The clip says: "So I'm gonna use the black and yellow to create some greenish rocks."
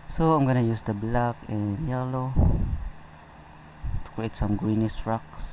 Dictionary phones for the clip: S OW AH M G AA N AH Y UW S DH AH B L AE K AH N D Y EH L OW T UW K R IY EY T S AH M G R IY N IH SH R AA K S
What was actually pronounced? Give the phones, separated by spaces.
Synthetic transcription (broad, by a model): S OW AH M G AA N AH Y UW S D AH B L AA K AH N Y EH L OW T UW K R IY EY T S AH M G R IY N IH S R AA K S